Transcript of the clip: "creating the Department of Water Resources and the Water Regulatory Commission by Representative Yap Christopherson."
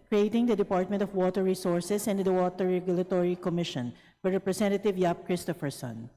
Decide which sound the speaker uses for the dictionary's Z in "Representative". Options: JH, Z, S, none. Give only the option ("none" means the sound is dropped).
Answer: S